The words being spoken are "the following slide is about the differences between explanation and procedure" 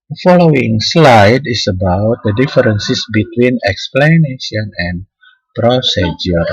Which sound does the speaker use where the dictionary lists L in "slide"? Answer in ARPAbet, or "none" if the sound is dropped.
L